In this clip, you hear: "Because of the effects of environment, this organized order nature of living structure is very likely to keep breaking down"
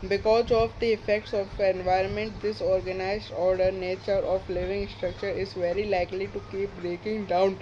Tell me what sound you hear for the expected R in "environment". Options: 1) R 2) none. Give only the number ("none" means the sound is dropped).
1